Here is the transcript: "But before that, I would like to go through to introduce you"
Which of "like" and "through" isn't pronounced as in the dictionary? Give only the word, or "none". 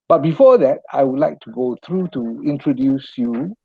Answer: through